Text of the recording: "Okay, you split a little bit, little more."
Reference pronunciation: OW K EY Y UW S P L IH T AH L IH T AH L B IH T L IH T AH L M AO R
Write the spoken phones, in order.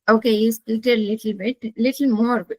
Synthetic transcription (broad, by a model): OW K EY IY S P IH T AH L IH T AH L B IH T L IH T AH L M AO R